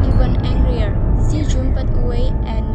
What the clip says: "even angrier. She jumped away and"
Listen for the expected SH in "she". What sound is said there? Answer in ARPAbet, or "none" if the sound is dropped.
S